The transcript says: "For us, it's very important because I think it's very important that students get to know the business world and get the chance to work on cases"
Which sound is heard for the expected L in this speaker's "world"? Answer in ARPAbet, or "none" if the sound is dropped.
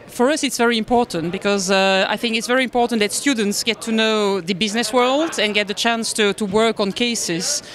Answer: L